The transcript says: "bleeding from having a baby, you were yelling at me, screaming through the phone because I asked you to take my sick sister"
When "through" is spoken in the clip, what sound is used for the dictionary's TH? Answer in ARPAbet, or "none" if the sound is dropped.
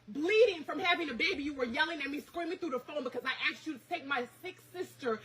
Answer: TH